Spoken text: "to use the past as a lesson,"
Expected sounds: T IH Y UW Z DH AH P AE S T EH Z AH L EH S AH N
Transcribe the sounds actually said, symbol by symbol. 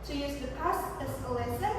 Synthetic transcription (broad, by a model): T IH Y UW Z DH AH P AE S EH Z AH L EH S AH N